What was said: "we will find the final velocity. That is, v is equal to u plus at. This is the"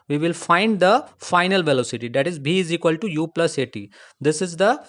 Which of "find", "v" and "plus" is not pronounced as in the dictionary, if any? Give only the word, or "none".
v